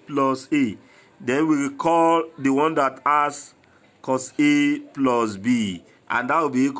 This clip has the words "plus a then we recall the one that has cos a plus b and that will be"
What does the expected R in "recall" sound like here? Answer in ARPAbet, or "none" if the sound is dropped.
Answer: W